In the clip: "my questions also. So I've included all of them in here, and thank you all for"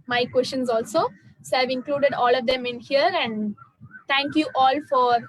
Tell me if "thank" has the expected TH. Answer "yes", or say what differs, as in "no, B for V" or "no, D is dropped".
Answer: no, T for TH